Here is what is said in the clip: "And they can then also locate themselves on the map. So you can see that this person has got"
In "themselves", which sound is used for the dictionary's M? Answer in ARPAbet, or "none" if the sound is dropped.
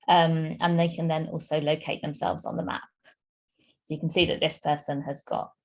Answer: M